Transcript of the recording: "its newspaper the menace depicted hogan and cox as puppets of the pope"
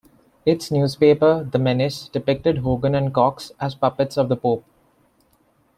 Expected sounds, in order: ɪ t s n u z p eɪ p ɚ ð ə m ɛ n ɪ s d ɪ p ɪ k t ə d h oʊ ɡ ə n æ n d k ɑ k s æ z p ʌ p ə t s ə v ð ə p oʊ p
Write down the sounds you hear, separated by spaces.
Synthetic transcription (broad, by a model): ɪ t s n u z p eɪ p ɚ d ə m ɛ n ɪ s d ɪ p ɪ k t ə d h oʊ ɡ ə n æ n d k ɑ k s æ z p ʌ p ə t s ə v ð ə p oʊ p